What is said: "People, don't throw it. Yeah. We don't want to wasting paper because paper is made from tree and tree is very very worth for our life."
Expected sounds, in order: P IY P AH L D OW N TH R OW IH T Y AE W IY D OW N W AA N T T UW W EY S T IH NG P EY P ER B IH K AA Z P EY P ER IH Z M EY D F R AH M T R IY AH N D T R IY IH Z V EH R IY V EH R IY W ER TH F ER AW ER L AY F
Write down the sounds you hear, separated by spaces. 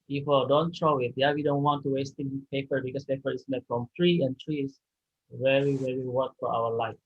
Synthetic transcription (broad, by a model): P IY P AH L D OW N T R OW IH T Y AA W IY D OW N W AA N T T UW W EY S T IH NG P EY P ER B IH K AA S P EY P ER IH S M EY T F R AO M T R IY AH N T R IY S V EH R IY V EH R IY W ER T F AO AW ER L AY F